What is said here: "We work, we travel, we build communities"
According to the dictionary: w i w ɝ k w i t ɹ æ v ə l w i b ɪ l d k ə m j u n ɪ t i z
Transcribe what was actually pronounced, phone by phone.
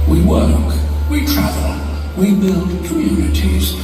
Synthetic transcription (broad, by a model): w i w ɝ k w i t ɹ æ v ə l w i b ɪ l d k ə m j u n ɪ t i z